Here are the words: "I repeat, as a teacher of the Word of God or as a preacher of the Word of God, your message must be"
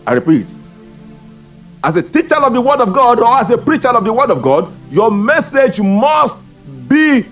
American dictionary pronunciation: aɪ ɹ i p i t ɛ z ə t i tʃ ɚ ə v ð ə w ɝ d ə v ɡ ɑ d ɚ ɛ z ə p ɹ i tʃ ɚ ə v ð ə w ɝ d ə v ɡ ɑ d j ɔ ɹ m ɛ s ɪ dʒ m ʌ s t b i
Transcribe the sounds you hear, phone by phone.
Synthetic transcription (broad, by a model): aɪ ɹ i p i t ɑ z ə t i tʃ ɚ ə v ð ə w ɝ d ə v ɡ ɑ d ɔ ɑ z ə p ɹ i tʃ ɚ ə v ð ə w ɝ d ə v ɡ ɑ d j ɔ m ɛ s ɪ dʒ m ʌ s t b i